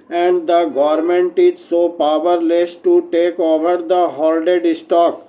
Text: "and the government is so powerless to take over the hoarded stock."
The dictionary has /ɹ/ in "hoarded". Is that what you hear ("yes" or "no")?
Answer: no